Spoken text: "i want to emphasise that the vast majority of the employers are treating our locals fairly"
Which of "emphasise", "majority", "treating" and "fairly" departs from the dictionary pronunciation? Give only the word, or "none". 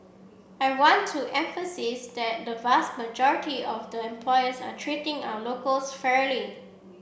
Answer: none